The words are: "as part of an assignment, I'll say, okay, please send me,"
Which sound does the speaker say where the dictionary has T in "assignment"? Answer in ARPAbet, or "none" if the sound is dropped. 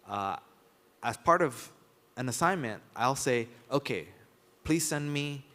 T